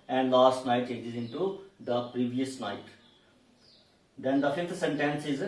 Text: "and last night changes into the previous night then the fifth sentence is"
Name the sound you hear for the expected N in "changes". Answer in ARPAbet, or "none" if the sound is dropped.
none